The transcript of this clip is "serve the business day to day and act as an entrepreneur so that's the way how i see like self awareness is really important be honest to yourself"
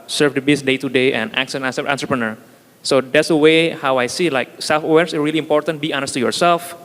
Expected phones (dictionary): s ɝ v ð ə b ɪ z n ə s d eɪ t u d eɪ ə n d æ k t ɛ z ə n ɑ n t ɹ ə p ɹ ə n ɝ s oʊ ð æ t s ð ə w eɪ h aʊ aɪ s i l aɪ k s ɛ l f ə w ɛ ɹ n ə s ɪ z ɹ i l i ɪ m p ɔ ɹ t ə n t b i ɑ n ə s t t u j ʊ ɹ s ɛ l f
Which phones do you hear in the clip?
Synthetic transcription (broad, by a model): s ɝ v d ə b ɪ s d eɪ t u d eɪ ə n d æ k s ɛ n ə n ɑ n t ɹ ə p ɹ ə n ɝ s oʊ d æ t s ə w eɪ h aʊ aɪ s i l aɪ k s ɛ l f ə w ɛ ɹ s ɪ ɹ i l i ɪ m p ɔ ɹ t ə n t b i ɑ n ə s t t u j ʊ ɹ s ɛ l f